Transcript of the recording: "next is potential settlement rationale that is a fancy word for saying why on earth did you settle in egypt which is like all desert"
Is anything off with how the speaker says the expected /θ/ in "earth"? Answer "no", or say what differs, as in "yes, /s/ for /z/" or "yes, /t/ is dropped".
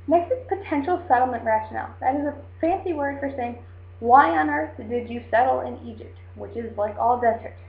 no